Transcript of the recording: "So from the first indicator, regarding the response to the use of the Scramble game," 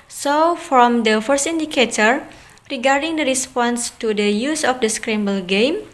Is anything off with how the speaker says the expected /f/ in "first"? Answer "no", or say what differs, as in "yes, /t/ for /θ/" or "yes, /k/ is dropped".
no